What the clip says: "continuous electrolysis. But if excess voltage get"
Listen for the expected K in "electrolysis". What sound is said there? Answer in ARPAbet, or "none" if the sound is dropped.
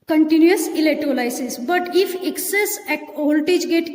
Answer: none